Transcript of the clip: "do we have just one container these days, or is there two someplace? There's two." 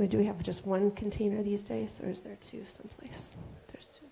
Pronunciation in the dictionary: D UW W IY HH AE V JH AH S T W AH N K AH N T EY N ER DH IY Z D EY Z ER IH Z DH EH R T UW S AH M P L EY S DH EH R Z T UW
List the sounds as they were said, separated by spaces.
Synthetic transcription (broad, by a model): D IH W IY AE V JH AH S T W AH N K N T EY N ER DH IY Z D EY Z ER IH Z DH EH R T UW S AH M P L EY S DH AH R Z T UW